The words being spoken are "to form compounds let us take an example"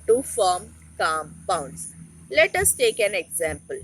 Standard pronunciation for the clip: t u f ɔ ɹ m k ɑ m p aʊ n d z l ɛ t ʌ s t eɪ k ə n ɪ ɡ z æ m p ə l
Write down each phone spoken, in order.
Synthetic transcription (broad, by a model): t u f ɔ ɹ m k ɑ m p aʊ n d s l ɛ t ʌ s t eɪ k ə n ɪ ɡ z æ m p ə l